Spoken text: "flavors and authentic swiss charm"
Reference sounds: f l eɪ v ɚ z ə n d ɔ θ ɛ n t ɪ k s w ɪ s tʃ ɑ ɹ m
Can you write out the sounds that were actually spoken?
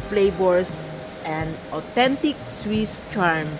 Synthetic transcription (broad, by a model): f l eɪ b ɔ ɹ ə n d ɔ t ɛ n t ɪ k s w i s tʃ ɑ ɹ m